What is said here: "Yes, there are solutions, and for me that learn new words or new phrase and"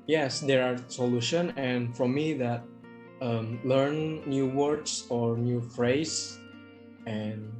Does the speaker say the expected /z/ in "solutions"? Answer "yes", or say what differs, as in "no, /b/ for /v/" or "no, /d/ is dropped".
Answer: no, /z/ is dropped